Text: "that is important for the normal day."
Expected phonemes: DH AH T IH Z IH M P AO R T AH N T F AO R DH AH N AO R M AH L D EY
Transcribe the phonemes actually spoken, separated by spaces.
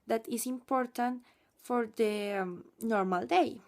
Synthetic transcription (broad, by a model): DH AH T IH S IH M P AO R T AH N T F AO R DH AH N AO R M AH L D EY